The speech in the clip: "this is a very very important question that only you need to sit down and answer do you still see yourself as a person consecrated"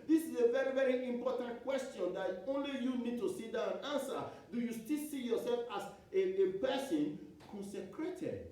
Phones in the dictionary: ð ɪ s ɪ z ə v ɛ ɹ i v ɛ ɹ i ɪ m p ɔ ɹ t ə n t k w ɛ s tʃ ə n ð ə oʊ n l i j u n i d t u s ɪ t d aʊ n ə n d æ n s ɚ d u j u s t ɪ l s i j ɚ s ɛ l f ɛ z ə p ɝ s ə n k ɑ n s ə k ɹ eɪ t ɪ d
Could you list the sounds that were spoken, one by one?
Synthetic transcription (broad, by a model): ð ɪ s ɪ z ə v ɛ ɹ i v ɛ ɹ i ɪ m p ɔ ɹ t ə n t k w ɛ s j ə n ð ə oʊ n l i j u n i d t u s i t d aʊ ə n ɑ n s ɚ d u j u s t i l s i j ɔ s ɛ l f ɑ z ə p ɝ s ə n k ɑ n s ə k ɹ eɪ t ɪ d